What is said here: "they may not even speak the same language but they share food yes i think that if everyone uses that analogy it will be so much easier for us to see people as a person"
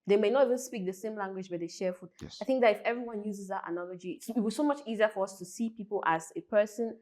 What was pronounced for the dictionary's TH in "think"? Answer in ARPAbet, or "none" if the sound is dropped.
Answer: TH